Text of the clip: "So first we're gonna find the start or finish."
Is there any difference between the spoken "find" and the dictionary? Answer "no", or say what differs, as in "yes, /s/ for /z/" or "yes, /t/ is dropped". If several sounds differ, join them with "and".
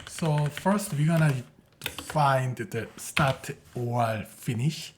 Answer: no